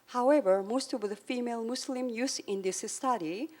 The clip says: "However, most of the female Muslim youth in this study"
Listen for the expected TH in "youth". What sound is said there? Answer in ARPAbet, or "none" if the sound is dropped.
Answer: S